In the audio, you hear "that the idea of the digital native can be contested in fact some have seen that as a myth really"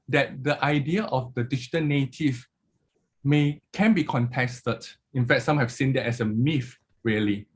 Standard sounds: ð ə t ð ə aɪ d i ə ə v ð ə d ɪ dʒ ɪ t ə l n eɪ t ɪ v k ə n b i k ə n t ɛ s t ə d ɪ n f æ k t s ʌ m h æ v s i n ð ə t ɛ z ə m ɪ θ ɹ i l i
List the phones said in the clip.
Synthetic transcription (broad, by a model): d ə t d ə aɪ d i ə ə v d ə d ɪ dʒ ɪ t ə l n eɪ t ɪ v k ə n b i k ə n t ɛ s t ə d ɪ n f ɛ k t s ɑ m h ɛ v s i n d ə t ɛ s ə m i f ɹ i l i